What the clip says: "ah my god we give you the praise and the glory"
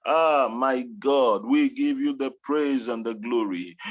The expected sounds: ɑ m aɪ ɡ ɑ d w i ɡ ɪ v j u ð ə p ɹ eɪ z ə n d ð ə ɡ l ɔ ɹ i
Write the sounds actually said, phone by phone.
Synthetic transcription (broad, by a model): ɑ m aɪ ɡ ɑ d w i ɡ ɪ v j u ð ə p ɹ eɪ z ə n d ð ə ɡ l ɔ ɹ i